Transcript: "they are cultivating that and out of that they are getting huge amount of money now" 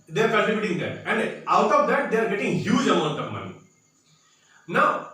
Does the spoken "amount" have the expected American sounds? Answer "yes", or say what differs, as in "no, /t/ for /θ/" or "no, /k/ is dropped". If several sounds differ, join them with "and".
no, /m/ is dropped